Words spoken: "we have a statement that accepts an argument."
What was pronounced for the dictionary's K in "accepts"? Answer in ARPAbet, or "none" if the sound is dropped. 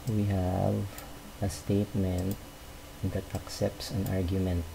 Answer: K